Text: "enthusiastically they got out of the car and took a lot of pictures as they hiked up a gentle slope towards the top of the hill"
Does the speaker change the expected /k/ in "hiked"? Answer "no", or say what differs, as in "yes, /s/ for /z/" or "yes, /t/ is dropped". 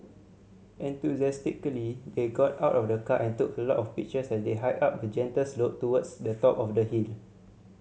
yes, /k/ is dropped